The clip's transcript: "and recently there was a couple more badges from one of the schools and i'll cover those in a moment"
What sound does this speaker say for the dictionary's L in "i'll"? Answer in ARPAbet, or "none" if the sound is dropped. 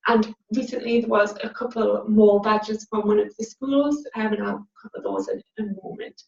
N